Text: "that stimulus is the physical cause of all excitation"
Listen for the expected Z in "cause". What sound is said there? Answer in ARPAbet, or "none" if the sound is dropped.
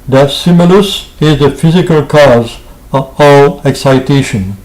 Z